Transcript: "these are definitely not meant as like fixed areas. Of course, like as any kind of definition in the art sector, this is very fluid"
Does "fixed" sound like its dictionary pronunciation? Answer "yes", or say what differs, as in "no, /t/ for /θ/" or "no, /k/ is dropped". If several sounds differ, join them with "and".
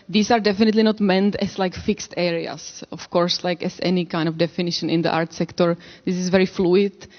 yes